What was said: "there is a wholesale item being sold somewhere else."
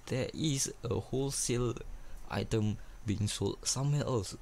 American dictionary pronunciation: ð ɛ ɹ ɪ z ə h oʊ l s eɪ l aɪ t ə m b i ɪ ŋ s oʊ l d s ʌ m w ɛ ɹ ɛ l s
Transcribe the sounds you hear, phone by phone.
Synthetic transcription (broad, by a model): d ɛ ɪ s ə h oʊ l s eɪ l aɪ t ə m b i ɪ ŋ s oʊ l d s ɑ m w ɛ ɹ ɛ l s